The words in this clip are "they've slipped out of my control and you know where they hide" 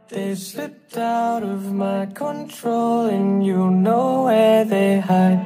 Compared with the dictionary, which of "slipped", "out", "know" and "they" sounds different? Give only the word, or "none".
slipped